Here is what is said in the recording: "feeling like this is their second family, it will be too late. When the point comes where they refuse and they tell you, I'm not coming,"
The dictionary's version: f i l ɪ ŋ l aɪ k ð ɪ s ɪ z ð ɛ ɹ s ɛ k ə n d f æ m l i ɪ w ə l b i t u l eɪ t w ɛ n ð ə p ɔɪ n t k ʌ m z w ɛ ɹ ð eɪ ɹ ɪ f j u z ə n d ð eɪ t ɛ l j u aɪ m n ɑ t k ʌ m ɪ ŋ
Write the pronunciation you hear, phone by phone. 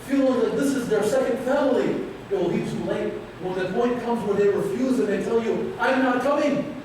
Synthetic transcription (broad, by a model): f i l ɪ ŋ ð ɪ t ð ɪ s ɪ z ð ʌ ɹ s ɛ k ə n d f æ m l i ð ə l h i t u l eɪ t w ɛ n ð ə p ɔɪ n k ʌ m z w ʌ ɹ ð eɪ ɹ ɪ f j u z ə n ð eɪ t ɛ l j u aɪ m n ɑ t k ʌ m ɪ ŋ